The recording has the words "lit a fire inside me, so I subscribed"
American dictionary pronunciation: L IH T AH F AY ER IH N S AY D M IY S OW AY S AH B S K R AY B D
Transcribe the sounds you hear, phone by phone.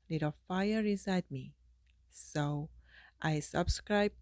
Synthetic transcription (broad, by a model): L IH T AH F AY ER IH S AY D M IY S OW AY S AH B S K R AY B